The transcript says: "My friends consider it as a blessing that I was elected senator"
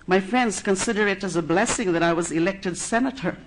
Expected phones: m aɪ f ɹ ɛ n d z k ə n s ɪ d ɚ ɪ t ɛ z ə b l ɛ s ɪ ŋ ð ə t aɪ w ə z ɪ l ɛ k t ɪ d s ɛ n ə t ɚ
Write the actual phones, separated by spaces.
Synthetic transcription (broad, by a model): m aɪ f ɹ ɛ n d z k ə n s ɪ d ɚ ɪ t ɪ z ə b l ɛ s ɪ ŋ ð ə t aɪ w ə z ɪ l ɛ k t ɪ d s ɛ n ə t ɚ